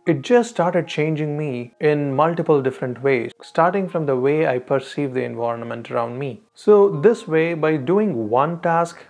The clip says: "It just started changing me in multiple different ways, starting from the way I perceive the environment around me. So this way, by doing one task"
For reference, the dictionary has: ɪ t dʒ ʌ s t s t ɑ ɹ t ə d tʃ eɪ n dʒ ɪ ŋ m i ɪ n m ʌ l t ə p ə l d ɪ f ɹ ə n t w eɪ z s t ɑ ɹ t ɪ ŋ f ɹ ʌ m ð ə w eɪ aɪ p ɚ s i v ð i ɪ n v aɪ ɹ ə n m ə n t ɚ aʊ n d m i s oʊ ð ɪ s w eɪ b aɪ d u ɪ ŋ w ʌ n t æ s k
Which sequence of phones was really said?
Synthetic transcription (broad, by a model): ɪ t dʒ ʌ s t s t ɑ ɹ t ə d tʃ eɪ n dʒ ɪ ŋ m i ɪ n m ʌ l t ə p ə l d ɪ f ɹ ə n t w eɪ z s t ɑ ɹ t ɪ ŋ f ɹ ʌ m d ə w eɪ aɪ p ɚ s i v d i ɪ n v aɪ ɹ ə n m ə n t ɚ aʊ n d m i s oʊ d ɪ s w eɪ b aɪ d u ɪ ŋ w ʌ n t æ s k